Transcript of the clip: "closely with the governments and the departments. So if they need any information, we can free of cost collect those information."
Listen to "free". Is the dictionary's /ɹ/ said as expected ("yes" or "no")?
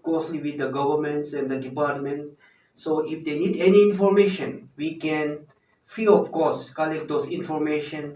no